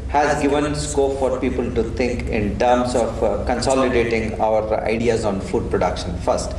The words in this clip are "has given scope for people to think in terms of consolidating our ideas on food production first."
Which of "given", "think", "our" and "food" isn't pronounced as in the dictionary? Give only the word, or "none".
think